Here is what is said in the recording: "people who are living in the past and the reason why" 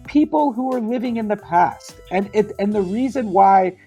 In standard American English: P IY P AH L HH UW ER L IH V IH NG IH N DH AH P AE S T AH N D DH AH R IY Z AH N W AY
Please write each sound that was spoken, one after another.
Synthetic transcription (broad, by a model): P IY P L HH UW ER L IH V IH NG IH N DH AH P AE S T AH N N DH AH R IY Z AH N W AY